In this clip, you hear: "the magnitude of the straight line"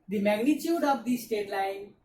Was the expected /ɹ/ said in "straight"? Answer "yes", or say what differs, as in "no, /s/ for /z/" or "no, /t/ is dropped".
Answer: no, /ɹ/ is dropped